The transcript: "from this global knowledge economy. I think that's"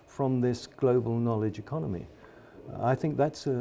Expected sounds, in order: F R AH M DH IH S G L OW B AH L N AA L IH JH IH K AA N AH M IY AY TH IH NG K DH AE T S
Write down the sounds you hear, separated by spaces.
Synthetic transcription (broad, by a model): F R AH M DH IH S G L OW B AH L N AA L IH JH IH K AA N AH M IY AY TH IH NG K DH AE T S